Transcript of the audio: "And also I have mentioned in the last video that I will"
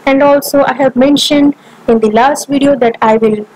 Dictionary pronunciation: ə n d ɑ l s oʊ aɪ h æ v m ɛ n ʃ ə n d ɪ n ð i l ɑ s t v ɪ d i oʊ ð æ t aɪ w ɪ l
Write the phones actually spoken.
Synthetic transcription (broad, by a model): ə n d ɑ l s oʊ aɪ h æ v m ɛ n ʃ ə n d ɪ n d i l ɑ s t v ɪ d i oʊ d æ t aɪ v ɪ l